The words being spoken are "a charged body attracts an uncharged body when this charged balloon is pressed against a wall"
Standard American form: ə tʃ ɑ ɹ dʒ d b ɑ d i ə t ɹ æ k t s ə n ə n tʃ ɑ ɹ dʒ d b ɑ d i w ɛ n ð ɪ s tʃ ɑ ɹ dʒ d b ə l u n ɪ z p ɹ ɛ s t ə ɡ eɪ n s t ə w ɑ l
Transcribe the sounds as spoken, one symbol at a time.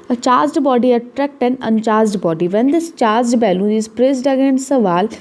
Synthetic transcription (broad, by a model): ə tʃ ɑ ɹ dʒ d b ɑ d i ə t ɹ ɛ k t ə n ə n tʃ ɑ ɹ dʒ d b ɑ d i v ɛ n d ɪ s tʃ ɑ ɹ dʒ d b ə l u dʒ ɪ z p ɹ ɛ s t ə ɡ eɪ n s ə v ɑ l